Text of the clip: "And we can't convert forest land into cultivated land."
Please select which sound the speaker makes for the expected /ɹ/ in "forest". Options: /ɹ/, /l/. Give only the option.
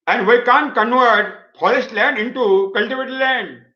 /l/